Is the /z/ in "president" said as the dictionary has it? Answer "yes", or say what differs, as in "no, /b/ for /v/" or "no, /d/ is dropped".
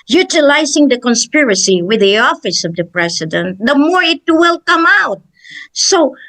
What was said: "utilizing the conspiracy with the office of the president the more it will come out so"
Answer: no, /s/ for /z/